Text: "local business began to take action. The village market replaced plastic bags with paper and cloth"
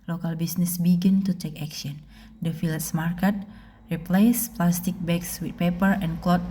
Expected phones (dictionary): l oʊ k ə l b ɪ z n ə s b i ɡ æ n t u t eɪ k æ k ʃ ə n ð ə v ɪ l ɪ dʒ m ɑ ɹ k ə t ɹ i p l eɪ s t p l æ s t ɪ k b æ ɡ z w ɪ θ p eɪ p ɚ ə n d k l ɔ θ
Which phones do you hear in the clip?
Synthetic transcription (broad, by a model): l oʊ k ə l b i s n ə s b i ɡ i n t u t eɪ k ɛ k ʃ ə n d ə f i l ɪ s m ɑ ɹ k ə t ɹ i p l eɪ s p l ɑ s t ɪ k b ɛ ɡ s w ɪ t p eɪ p ɚ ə n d k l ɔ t